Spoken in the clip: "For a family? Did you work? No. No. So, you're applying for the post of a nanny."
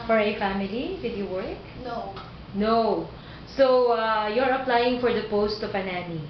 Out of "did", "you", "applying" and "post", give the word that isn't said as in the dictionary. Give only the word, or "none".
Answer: none